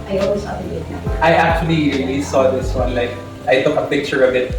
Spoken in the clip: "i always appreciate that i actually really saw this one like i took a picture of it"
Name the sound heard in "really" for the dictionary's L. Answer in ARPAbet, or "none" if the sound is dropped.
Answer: N